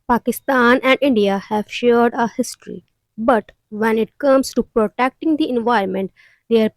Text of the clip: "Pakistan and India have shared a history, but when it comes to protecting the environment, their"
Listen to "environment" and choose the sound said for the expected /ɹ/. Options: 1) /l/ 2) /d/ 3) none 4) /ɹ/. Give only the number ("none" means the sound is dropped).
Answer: 3